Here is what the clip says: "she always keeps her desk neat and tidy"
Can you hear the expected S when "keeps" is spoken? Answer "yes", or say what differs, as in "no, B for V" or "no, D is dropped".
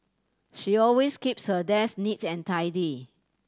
yes